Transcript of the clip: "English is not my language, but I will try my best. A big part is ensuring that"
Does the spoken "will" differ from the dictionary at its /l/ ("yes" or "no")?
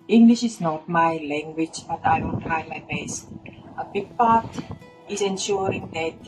yes